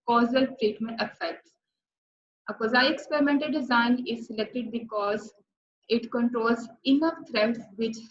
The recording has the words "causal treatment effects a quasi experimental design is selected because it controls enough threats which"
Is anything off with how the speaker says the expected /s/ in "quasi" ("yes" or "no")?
yes